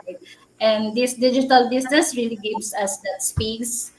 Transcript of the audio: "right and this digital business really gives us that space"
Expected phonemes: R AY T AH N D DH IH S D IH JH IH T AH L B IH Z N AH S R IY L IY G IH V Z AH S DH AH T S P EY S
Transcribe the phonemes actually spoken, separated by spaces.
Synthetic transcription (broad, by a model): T AH N D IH S D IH JH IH T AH L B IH S N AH S R IY L IY G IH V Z AH S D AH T S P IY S